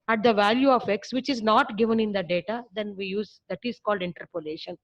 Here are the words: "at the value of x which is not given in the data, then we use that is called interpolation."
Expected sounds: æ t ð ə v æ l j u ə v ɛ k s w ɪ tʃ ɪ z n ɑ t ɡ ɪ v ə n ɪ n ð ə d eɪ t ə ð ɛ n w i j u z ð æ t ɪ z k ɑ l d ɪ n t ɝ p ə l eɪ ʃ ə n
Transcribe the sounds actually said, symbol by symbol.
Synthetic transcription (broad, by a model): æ t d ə v æ l j u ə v ɛ k s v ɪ tʃ ɪ z n ɑ t ɡ ɪ v ə n ɪ n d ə d eɪ t ə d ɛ n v i j u z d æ t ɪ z k ɑ l d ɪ n t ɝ p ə l eɪ ʃ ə n